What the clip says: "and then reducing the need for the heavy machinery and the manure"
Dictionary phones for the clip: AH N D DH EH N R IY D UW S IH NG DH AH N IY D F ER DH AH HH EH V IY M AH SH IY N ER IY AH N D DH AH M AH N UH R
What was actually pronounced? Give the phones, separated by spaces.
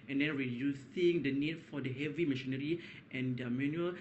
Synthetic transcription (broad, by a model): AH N D EH N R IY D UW S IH NG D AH N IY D F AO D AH HH EH V IY M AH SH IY N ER IY AH N D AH M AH N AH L